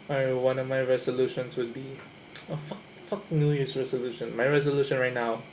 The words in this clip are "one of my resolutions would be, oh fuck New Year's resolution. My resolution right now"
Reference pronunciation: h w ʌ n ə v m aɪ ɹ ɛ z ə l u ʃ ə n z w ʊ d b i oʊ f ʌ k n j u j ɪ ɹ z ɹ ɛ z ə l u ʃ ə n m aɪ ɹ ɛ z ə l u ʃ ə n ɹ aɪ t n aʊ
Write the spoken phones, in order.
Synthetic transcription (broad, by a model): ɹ w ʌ n ə v m aɪ ɹ ɛ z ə l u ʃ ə n s w ʊ d b i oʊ f ʌ k n j u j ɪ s ɹ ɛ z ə l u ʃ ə n m aɪ ɹ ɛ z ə l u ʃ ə n ɹ aɪ t n aʊ